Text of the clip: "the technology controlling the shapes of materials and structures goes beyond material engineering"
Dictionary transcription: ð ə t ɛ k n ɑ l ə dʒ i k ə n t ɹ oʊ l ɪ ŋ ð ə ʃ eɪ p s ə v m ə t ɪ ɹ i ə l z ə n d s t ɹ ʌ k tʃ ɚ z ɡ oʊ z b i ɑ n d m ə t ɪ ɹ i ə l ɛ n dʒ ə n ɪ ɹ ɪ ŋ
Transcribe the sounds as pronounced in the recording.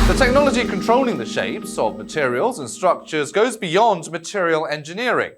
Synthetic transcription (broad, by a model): ð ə t ɛ k n ɑ l ə dʒ i k ə n t ɹ oʊ l ɪ ŋ ð ə ʃ eɪ p s ə v m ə t ɪ ɹ i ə l z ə n s t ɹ ʌ k tʃ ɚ z ɡ oʊ z b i ɑ n d m ə t ɪ ɹ i ə l ɛ n dʒ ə n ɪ ɹ ɪ ŋ